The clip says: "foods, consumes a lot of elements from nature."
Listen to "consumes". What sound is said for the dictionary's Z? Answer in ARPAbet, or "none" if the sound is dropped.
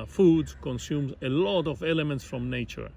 Z